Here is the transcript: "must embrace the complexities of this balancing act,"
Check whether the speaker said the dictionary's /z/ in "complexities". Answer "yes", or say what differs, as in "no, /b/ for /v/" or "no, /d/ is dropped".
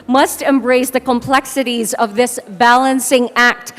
yes